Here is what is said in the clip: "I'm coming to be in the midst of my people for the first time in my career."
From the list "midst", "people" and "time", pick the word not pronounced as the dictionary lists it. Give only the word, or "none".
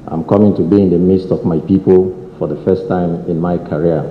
none